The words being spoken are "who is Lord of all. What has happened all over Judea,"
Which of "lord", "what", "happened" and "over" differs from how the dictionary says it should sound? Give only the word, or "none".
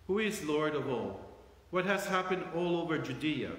none